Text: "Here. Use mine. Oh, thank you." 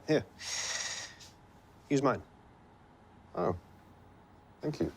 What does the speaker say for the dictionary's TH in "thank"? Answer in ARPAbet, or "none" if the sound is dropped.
TH